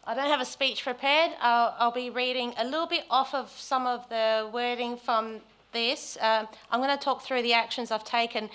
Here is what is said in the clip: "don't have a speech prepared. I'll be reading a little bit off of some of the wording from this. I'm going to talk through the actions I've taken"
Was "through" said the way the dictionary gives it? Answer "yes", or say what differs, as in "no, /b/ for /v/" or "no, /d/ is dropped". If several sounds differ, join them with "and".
yes